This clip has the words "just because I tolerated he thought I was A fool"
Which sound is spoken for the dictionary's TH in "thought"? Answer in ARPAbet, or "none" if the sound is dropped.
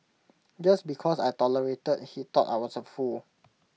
T